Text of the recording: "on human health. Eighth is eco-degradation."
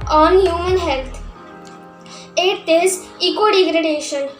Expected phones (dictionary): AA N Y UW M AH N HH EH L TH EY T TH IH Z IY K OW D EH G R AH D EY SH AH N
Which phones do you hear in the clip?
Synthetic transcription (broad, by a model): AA N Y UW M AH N HH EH L T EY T T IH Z IY K OW D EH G R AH D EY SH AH N